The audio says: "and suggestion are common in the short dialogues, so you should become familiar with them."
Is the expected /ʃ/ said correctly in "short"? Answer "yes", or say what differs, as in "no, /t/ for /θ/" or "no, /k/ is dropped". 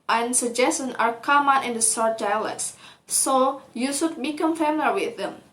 no, /s/ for /ʃ/